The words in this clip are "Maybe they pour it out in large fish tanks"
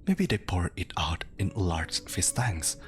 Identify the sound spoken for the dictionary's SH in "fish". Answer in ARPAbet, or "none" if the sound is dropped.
S